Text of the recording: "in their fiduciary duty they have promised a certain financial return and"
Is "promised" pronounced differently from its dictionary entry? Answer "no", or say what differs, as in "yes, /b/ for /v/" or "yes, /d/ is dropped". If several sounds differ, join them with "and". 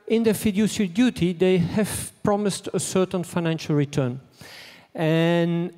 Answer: no